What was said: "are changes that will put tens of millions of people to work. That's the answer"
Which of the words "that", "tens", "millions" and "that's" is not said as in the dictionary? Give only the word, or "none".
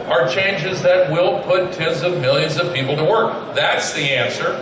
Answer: none